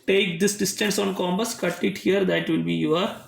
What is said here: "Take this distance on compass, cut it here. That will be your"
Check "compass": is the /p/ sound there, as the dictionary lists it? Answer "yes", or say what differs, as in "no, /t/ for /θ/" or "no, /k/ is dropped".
no, /b/ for /p/